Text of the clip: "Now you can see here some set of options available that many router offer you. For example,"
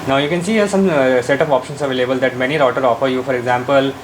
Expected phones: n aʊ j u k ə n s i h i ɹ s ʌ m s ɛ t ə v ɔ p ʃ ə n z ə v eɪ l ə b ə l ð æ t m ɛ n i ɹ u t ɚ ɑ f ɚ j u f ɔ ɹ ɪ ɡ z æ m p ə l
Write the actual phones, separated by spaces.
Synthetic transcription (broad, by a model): n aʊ j u k ə n s i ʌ s ʌ m s ɛ t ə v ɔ p ʃ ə n s ə v eɪ l ə b ə l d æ t m ɛ n i ɹ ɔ t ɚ ɑ f ɚ j u f ɔ ɹ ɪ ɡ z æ m p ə l